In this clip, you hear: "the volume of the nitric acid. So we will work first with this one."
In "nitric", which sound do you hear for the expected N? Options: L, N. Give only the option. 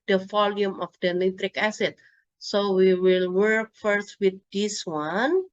L